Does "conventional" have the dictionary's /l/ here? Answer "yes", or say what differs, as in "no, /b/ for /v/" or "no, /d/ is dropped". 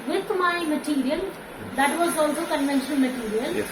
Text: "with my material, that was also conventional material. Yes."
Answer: no, /n/ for /l/